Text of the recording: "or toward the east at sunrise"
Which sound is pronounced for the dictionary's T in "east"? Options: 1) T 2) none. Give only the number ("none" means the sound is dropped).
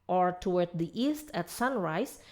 1